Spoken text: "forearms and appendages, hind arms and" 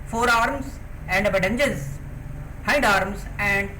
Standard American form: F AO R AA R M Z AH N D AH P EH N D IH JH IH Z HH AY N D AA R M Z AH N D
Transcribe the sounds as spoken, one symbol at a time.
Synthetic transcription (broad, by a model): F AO R AA R M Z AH N D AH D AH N JH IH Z HH AY N D AA R M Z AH N D